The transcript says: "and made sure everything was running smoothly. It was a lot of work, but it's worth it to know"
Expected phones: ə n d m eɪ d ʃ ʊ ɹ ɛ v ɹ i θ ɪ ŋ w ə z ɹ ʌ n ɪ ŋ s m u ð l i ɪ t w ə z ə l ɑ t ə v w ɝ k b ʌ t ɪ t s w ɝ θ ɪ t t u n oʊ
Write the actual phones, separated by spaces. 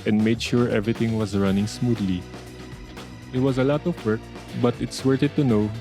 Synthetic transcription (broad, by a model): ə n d m eɪ d ʃ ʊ ɹ ɛ v ɹ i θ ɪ ŋ w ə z ɹ ʌ n ɪ ŋ s m u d l i ɪ t w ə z ə l ɑ t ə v w ɝ k b ʌ t ɪ t s w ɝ t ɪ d t u n oʊ